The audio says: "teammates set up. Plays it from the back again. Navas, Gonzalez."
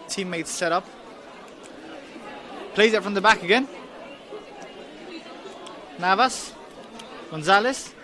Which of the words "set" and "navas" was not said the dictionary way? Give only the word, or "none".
none